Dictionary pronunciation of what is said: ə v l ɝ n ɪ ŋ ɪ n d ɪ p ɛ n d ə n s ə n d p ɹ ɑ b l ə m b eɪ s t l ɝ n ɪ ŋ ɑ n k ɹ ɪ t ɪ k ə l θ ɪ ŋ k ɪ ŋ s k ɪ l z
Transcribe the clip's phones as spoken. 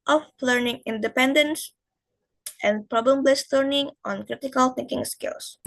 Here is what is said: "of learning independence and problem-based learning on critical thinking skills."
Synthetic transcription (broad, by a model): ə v l ɝ n ɪ ŋ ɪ n d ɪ p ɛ n d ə n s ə n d p ɹ ɑ b l ə m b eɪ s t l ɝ n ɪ ŋ ɑ n k ɹ ɪ t ɪ k ə l θ ɪ ŋ k ɪ ŋ s k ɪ l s